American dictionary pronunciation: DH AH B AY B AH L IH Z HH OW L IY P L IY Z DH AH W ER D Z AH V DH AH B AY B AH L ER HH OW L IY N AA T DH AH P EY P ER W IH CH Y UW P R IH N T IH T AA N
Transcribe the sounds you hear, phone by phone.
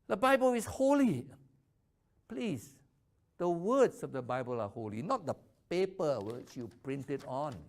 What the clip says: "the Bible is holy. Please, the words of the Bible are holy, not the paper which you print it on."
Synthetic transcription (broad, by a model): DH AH B AY B AH L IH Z HH OW L IY P L IY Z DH AH W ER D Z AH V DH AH B AY B AH L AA HH OW L IY N AA T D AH P EY P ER W IH CH Y UW P R IH N T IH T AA N